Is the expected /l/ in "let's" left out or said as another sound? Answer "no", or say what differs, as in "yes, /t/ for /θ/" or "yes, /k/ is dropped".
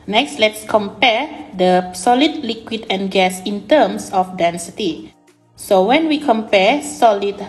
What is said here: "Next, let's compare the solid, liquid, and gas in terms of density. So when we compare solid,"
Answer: no